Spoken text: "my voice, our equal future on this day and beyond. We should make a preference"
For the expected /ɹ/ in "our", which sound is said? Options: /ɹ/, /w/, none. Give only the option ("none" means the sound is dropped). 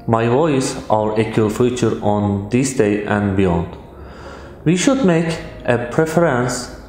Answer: /ɹ/